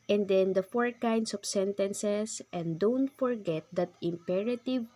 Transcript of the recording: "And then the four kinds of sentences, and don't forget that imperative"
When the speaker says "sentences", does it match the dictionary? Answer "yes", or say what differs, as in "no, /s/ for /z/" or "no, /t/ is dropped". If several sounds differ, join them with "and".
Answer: no, /s/ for /z/